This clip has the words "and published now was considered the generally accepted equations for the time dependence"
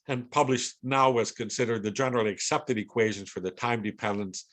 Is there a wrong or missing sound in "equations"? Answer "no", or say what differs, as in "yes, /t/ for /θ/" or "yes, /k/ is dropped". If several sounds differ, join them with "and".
no